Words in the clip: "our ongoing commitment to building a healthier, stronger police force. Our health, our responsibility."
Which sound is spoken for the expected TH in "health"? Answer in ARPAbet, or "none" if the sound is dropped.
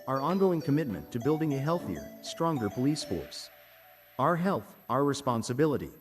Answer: TH